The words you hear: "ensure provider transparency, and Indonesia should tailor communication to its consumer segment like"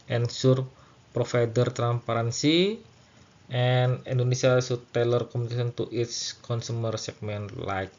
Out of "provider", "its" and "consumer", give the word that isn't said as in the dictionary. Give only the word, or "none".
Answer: provider